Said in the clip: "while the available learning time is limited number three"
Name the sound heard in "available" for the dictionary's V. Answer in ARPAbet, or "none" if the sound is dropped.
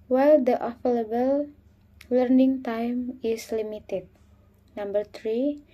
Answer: F